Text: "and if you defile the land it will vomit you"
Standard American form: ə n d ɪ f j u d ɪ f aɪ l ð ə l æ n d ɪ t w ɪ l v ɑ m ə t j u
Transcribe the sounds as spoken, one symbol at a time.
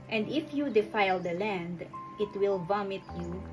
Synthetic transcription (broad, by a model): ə n d ɪ f j u d ɪ f aɪ l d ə l æ n d ɪ t w ɪ l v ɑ m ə t j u